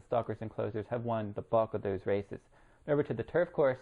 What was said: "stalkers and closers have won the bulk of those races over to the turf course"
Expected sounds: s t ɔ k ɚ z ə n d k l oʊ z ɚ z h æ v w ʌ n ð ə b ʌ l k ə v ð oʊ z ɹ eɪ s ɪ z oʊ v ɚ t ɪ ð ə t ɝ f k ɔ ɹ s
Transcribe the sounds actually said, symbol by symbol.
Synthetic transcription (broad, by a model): s t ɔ k ɚ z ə n k l oʊ z ɚ z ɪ v w ʌ n ð ə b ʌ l k ə v ð oʊ z ɹ eɪ s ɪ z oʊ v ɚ t ɪ ð ə t ɝ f k ɔ ɹ s